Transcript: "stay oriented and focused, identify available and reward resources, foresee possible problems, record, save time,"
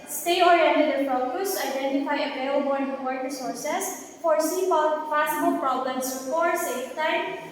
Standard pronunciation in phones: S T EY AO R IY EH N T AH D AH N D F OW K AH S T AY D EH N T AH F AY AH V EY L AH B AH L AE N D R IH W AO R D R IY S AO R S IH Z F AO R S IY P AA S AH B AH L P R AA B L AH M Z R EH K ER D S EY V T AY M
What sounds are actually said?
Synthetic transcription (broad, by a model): S T EY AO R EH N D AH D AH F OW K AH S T AY D EH N T AH F AY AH P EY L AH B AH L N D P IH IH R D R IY S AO R S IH S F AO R S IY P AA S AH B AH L P R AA B L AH M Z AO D S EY F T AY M